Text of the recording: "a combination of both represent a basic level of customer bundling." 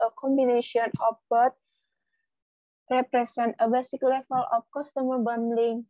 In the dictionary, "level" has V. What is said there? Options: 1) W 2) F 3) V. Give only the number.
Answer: 2